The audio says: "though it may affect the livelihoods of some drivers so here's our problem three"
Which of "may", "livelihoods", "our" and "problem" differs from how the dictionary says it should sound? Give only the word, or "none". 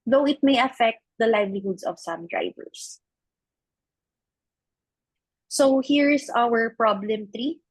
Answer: livelihoods